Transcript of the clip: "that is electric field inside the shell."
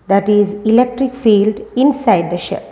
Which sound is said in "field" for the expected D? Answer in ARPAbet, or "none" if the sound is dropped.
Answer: D